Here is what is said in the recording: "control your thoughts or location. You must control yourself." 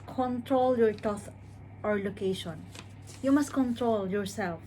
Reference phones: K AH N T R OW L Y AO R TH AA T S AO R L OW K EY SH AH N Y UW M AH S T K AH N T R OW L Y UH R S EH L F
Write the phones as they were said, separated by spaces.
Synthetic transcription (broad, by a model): K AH N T R OW L Y AO R T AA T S AO R L OW K EY SH AH N Y UW M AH S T K AH N T R OW L Y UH R S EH L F